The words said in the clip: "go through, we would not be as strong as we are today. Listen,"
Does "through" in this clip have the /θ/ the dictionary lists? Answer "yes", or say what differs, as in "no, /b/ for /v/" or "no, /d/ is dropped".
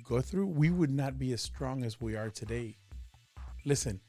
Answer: yes